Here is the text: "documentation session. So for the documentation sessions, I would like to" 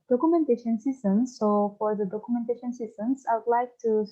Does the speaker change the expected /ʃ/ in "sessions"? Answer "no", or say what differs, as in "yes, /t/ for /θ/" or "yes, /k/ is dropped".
yes, /s/ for /ʃ/